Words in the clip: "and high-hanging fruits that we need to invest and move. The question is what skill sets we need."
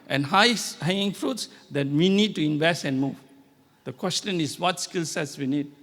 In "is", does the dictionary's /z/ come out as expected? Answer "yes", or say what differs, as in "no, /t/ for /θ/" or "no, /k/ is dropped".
no, /s/ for /z/